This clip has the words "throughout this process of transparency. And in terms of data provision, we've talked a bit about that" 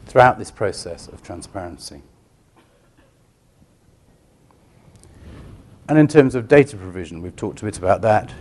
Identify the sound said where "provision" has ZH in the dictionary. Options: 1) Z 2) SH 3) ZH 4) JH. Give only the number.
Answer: 3